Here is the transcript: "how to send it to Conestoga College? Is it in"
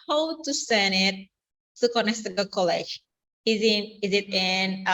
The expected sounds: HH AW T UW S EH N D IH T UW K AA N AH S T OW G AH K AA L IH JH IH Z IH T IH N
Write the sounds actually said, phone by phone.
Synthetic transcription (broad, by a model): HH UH T UW S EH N IH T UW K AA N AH S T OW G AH K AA L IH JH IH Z IH T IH N